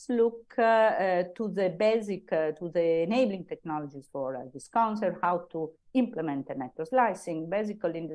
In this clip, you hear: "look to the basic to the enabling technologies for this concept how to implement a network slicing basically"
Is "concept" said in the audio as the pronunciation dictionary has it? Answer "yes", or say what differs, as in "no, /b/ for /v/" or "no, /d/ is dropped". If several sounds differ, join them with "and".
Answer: no, /p/ is dropped